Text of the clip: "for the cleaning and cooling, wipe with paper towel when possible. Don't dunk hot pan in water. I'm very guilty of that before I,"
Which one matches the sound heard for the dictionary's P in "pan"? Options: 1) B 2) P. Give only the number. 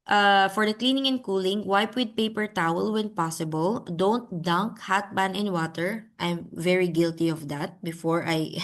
1